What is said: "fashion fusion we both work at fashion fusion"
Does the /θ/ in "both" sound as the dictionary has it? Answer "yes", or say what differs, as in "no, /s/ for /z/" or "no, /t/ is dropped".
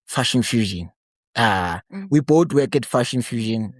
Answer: no, /t/ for /θ/